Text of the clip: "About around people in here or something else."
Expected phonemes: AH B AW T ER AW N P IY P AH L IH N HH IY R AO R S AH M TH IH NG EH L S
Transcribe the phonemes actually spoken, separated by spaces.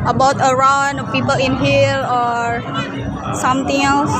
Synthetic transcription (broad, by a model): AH B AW T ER AW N P IY P AH L IH N HH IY L AO R S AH M T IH NG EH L S